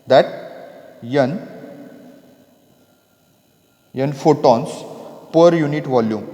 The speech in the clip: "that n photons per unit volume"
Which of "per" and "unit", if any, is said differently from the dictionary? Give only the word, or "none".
none